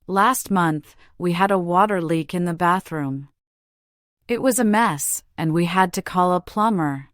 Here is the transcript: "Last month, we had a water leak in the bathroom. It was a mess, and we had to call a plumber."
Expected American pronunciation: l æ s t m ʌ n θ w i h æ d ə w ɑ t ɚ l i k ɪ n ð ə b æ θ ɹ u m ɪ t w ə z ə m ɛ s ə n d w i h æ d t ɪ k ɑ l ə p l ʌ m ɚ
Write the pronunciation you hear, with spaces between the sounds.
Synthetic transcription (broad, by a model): l æ s t m ʌ n θ w i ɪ d ə w ɑ t ɚ l i k ɪ n ð ə b æ θ ɹ u m ɪ t w ə z ə m ɛ s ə n w i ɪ d t ɪ k ɑ l ə p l ʌ m ɚ